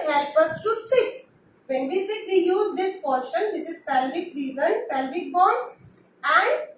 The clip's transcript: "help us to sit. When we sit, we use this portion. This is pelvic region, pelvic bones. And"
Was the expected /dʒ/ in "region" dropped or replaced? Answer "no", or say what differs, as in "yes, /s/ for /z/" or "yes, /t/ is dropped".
yes, /z/ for /dʒ/